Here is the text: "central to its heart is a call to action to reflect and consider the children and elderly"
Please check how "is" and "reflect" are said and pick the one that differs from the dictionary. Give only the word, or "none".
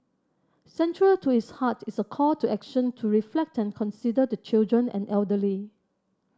is